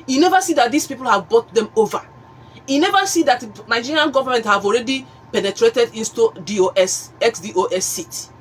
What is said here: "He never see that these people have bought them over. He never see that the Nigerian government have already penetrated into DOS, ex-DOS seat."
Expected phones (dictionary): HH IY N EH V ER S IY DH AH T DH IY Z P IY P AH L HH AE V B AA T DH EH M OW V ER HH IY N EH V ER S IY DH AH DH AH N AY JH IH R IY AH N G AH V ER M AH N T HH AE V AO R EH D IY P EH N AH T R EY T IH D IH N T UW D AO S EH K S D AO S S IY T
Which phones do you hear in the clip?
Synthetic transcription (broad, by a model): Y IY N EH V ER S IY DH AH T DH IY S P IY P AH L HH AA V B AA T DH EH M OW V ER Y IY N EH V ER S IY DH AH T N AY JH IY R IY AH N G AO V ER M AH N T HH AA V AO R EH D IY P EH N AH T R EY T IH D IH N T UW D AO S EH K S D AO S S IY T